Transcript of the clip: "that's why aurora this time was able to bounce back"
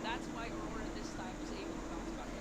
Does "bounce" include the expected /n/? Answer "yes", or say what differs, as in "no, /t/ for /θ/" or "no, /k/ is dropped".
no, /n/ is dropped